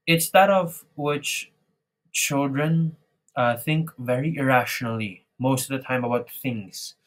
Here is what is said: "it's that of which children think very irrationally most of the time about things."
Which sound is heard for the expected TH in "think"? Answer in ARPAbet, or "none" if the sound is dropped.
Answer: TH